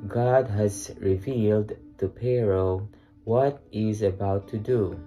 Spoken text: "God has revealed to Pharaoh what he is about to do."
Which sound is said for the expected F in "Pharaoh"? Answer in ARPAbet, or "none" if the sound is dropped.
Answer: P